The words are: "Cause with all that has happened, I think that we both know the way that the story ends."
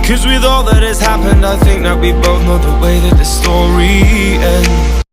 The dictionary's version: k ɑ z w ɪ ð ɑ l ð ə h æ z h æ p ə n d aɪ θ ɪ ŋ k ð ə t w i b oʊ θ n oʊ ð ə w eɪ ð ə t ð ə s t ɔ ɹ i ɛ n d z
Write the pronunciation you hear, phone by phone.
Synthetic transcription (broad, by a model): k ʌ z w ɪ ð ɑ l ð ə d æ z h æ p ə n d aɪ θ ɪ ŋ k ð ə t w i b oʊ θ n oʊ ð ə w eɪ ð ə t ð ə s t ɔ ɹ i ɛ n